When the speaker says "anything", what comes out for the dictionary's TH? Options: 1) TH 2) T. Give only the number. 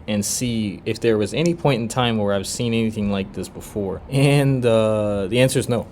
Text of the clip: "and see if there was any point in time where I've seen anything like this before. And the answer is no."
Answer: 1